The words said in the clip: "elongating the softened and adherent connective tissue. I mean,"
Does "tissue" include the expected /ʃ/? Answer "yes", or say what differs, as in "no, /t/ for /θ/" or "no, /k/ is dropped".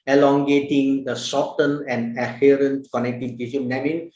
no, /s/ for /ʃ/